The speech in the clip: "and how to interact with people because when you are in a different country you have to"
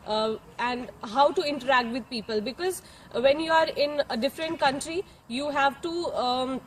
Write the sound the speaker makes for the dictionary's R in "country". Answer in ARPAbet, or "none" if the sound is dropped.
R